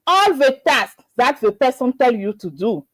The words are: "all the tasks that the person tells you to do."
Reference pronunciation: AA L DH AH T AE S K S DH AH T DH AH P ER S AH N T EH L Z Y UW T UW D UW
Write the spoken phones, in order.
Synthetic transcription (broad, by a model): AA L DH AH T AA S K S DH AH T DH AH P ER S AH N T EH L Y UW T UW D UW